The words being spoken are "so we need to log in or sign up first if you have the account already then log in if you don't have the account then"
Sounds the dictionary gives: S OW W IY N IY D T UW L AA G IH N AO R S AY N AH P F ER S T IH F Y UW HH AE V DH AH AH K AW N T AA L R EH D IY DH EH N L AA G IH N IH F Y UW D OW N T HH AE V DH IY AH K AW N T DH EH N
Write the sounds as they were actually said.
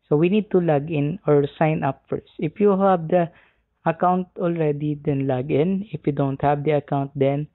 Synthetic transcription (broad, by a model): S OW W IY N IY D T UW L AA G IH N AO R S AY N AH P F ER S T IH F Y UW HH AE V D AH AH K AW N T AA L R EH D IY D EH N L AA G IH N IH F Y UW D OW N T HH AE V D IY AH K AW N T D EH N